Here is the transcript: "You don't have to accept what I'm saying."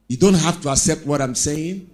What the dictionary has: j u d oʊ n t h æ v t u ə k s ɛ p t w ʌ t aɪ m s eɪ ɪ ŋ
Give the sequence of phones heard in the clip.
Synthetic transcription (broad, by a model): j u d oʊ n t h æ f t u ə k s ɛ p t w ʌ t aɪ m s eɪ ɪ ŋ